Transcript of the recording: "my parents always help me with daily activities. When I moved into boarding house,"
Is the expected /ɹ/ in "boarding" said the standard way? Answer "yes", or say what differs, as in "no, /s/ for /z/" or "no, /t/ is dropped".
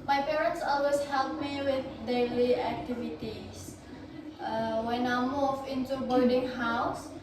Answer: no, /l/ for /ɹ/